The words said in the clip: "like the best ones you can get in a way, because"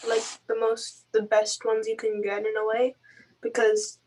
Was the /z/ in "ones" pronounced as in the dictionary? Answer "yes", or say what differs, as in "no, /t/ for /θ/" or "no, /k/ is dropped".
yes